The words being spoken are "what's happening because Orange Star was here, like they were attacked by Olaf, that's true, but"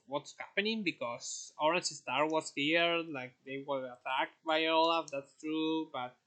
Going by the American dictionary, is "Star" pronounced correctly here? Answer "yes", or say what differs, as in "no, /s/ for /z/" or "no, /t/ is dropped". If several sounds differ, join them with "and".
yes